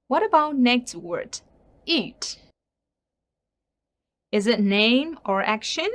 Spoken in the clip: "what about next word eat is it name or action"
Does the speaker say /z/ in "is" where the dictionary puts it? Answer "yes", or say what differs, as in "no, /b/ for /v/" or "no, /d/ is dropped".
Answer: yes